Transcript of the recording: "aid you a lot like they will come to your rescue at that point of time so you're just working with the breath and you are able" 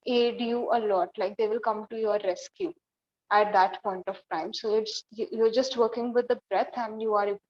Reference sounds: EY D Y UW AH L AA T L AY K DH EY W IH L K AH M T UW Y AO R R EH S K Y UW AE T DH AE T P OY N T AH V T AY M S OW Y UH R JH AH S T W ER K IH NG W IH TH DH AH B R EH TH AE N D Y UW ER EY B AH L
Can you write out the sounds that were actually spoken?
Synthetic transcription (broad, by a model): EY D Y UW AH L AA T L AY K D EY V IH L K AH M T UW Y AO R R EH S K Y UW AE T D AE T P OY N T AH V T AY M S OW Y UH R JH AH S T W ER K IH NG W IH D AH B R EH T AE N D Y UW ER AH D